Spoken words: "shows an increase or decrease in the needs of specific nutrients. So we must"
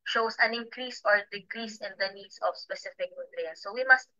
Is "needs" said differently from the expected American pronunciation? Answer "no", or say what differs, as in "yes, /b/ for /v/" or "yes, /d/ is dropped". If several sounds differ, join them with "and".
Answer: yes, /s/ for /z/